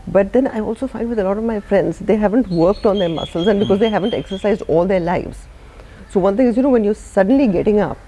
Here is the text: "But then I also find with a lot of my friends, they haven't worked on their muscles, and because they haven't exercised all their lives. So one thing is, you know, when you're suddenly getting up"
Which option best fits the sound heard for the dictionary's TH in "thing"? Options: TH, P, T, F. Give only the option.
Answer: T